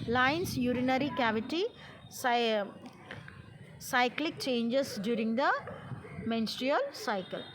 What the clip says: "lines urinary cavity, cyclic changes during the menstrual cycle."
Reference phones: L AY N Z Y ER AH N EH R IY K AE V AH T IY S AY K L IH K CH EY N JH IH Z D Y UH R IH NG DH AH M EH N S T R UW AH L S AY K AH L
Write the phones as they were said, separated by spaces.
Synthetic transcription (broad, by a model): L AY N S Y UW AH N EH R IY K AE V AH T IY S AY K L IH K CH EY N JH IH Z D Y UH R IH NG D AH M EH N S T R UW AH L S AY K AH L